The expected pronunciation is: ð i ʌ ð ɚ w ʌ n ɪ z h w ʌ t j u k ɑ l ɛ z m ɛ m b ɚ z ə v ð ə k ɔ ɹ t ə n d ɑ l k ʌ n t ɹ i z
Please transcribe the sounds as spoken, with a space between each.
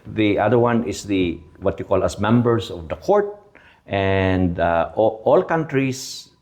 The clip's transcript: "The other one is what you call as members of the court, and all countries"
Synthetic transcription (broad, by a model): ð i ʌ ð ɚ w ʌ n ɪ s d w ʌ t j u k ɑ l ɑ s m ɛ m b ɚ s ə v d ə k ɔ ɹ t ə n d ɑ l k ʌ n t ɹ i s